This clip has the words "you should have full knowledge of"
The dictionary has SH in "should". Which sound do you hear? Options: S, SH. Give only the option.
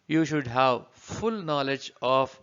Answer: SH